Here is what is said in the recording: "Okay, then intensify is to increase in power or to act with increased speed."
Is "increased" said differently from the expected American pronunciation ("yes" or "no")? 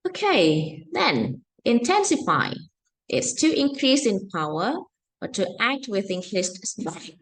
yes